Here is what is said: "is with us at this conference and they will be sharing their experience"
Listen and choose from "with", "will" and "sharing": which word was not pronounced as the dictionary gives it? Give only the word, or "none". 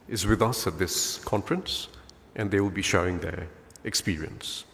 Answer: sharing